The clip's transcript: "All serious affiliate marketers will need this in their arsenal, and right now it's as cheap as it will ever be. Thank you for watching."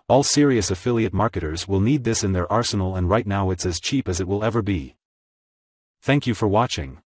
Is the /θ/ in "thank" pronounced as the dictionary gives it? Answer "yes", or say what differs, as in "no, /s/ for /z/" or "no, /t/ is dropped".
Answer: yes